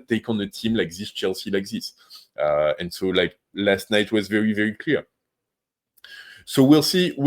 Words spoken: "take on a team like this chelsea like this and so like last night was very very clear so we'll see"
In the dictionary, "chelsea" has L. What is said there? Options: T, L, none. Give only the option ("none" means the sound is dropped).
L